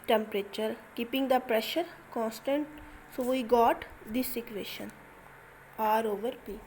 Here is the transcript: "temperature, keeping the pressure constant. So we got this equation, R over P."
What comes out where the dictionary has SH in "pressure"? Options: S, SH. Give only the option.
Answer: SH